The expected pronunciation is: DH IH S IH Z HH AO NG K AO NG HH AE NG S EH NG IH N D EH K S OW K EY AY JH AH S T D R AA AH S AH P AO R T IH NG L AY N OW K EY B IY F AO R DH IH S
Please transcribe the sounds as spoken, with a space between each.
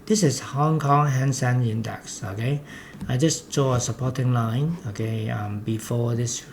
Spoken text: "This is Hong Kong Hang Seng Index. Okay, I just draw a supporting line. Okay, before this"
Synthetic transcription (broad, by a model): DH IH S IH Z HH AO NG K AO NG HH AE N S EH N IH N D EH K S OW K EY AY JH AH S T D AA AH S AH P AO T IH NG L AY N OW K EY B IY F AO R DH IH S